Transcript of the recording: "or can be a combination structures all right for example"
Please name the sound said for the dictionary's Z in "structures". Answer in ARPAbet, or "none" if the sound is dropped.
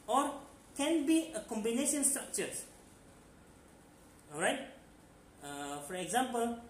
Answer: S